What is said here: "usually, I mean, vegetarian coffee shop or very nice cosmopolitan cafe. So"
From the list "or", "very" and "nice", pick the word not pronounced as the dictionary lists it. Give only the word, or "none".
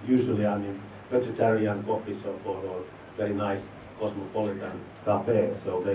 or